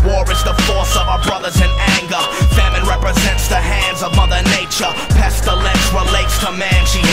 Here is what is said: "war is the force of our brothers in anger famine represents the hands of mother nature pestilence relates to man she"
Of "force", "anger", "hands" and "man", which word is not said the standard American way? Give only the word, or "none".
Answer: none